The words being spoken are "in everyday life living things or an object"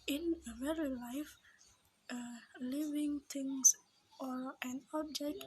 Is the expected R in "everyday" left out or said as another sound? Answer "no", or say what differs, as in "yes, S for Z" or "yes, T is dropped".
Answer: yes, R is dropped